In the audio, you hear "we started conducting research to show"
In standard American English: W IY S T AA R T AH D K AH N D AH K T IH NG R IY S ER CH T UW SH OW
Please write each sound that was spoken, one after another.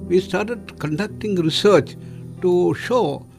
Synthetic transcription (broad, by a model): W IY S T AA R T AH D K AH N D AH K T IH NG R IY S ER CH T UW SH OW